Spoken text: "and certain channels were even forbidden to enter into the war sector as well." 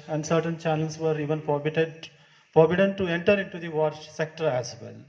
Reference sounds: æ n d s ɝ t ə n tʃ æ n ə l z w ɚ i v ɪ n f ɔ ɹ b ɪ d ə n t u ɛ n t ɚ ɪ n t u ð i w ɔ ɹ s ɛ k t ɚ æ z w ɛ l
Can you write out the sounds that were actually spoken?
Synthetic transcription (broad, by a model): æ n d s ɝ t ə n tʃ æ n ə l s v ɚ i v ɪ n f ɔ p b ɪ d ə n t u ɛ n t ɚ ɪ n t u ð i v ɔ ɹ s ɛ k t ɚ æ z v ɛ l